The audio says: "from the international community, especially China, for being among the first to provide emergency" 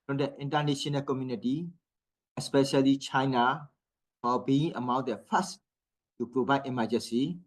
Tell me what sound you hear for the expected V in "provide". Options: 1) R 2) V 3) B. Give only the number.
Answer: 3